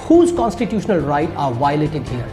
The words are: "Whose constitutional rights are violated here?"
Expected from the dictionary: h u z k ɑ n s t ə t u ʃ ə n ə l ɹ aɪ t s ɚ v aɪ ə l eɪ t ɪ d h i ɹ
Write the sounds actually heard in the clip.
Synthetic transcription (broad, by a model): h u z k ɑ n s t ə t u ʃ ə n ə l ɹ aɪ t ɑ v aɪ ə l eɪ t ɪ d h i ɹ